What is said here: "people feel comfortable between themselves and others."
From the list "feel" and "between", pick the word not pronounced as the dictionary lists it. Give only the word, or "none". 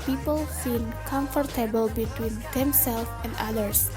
feel